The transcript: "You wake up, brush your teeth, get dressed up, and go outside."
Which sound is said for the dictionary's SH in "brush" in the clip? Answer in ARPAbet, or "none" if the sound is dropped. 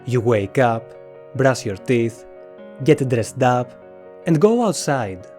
S